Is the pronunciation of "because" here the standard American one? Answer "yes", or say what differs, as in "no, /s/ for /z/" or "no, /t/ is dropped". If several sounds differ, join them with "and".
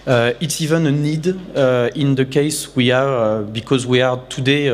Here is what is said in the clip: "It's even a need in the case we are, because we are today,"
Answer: yes